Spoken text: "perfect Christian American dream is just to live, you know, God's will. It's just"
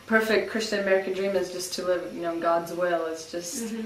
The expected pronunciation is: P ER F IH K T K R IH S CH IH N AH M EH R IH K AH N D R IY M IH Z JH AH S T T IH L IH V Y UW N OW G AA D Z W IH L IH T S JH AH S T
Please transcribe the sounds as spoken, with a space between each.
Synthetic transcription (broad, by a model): P ER F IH K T K R IH S CH IH N AH M EH R IH K AH N D R IY M IH Z JH AH S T T IH L IH V Y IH N OW G AA D Z W IH L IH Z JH AH S T